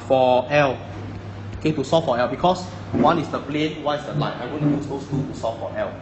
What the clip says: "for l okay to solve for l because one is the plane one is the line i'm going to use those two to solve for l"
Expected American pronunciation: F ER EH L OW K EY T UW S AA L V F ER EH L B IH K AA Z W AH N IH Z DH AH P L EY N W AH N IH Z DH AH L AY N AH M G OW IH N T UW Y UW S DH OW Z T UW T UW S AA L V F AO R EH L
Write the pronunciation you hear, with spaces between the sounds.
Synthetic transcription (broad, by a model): F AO EH L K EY T UW S AA F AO EH L B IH K AA S W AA N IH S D AH P L EY N W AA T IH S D AH L AY AH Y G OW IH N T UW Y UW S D OW S T UW T UW S AA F AO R EH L